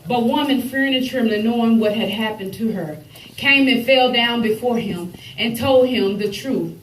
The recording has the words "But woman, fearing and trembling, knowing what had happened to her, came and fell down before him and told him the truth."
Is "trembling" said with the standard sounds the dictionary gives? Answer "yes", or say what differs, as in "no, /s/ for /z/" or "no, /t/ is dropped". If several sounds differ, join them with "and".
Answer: no, /b/ is dropped